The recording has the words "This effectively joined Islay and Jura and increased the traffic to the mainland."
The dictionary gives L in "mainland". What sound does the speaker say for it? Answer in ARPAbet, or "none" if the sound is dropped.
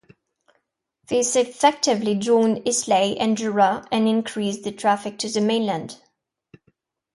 L